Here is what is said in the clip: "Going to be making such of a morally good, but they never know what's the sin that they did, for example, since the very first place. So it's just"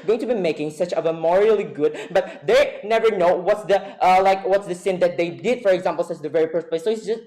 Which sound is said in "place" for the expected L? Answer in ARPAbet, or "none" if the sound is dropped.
none